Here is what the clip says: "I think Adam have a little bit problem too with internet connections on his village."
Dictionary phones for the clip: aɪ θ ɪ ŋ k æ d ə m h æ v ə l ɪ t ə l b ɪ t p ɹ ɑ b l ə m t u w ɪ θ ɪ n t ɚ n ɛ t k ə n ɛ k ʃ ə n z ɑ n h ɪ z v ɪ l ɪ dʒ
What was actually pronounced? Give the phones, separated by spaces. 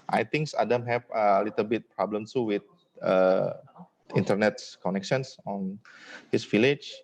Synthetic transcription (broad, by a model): aɪ t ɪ ŋ k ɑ d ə m h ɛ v ə l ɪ t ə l b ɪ t p ɹ ɑ b l ə m s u w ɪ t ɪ n t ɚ n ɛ t k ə n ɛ k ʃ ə n s ɑ n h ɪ s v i l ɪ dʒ